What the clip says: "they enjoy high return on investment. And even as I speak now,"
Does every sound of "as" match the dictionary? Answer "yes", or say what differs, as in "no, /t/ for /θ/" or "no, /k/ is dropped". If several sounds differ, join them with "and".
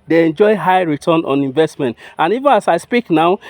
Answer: no, /s/ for /z/